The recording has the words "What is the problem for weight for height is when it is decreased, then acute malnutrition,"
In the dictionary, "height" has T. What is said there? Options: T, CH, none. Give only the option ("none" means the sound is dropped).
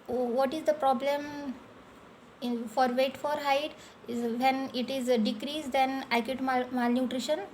none